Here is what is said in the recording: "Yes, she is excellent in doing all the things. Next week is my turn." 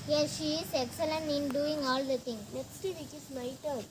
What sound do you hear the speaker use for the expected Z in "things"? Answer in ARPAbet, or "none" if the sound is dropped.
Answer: none